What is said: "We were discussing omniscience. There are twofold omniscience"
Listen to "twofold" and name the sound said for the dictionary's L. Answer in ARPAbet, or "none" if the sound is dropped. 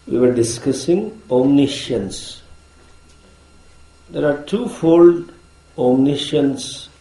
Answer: L